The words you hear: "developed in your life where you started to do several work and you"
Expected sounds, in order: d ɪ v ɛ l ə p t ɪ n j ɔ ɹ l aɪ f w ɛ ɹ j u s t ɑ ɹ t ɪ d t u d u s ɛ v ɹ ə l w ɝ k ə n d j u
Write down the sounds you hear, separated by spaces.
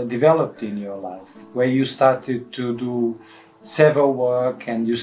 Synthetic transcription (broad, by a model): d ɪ v ɛ l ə p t ɪ n j ɔ ɹ l aɪ f w ɛ ɹ j u s t ɑ ɹ t ɪ d t u d u s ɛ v ə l w ɝ k ə n d j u